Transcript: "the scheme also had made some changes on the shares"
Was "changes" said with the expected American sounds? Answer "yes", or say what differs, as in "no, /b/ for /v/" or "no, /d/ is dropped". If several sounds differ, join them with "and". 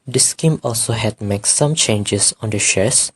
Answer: no, /s/ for /z/